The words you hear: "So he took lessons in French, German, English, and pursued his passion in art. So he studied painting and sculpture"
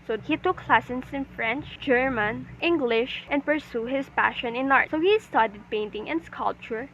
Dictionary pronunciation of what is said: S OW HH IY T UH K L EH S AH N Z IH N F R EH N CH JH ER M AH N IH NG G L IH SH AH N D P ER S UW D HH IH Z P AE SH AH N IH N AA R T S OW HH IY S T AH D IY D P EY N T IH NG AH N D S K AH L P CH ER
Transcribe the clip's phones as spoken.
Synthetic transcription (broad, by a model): S OW HH IY T UH K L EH S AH N S IH N F R EH N CH JH ER M AH N IH NG G L IH SH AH N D P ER S UW HH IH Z P AE SH AH N IH N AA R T S OW HH IY S T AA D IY D P EY N T IH NG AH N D S K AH L P CH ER